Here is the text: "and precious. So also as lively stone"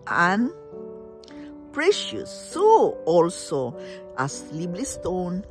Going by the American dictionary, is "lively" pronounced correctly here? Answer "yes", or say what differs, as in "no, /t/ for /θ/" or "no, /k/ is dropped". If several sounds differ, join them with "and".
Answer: no, /b/ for /v/